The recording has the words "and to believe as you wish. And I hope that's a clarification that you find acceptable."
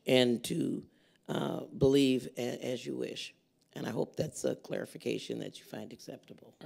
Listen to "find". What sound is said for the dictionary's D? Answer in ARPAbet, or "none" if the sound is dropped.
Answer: D